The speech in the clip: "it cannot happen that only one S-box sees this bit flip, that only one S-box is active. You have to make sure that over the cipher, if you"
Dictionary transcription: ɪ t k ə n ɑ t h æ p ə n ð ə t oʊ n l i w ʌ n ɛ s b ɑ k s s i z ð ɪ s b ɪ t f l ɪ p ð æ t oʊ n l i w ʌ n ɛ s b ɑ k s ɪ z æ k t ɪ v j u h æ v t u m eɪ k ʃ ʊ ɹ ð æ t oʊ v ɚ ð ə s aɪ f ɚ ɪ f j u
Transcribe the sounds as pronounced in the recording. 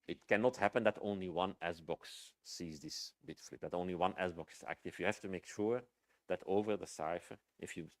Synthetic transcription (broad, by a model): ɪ t k ə n ɑ t h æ p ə n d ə t oʊ n l i w ʌ n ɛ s b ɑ k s s i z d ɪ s b ɪ t f l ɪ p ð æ t oʊ n l i w ʌ n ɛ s b ɑ k s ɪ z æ k t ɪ f j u h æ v t u m eɪ k ʃ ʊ ɹ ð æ t oʊ v ɚ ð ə s aɪ f ɚ ɪ f j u